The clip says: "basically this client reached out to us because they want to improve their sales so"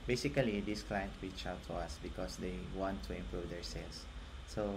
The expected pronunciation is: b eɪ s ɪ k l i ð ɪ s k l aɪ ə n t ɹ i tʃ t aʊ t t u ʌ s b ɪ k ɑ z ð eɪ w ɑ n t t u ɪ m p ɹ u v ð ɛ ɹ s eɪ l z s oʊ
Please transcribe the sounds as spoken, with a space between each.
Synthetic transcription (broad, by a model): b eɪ s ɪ k l i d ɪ s k l aɪ ə n t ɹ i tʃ aʊ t t u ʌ s b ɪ k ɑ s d eɪ w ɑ n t t u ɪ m p ɹ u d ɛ ɹ s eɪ l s s oʊ